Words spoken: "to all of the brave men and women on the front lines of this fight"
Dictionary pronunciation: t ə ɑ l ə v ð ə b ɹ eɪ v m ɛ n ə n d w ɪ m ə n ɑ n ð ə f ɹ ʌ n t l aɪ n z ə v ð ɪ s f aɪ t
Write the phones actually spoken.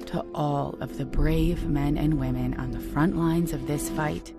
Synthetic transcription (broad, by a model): t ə ɑ l ə v ð ə b ɹ eɪ v m ɛ n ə n w ɪ m ə n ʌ n ð ə f ɹ ʌ n t l aɪ n z ə v ð ɪ s f aɪ t